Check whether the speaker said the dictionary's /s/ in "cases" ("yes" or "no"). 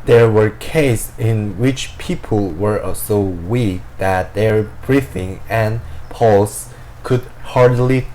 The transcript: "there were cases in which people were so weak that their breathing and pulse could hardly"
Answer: no